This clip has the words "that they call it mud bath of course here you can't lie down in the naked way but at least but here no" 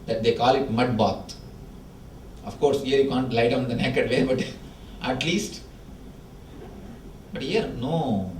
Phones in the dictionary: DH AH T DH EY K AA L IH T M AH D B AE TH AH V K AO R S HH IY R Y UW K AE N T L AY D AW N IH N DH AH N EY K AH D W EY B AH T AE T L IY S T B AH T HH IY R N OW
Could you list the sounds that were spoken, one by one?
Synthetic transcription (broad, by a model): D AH T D EY K AA L IH T M AH D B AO T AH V K AO R S HH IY R Y UW K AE N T L AY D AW IH N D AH N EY K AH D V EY B AH T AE T L IY S T B AH T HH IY R N OW